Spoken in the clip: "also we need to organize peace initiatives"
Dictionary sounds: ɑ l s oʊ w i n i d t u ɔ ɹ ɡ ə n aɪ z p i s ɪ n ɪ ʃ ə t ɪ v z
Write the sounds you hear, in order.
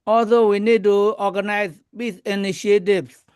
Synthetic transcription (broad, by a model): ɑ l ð oʊ w i n i d t u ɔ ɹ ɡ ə n aɪ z b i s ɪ n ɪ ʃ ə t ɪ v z